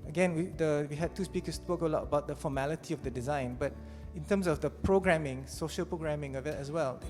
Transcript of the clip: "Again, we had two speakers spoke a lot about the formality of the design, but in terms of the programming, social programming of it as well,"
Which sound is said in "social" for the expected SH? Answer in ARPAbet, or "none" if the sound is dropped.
SH